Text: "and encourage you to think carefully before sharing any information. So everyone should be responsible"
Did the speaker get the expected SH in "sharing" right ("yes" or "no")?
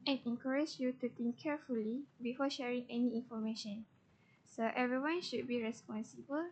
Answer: yes